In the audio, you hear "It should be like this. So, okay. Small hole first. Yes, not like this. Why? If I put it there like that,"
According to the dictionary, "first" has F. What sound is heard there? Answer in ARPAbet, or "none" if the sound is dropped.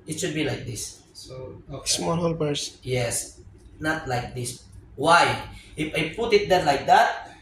P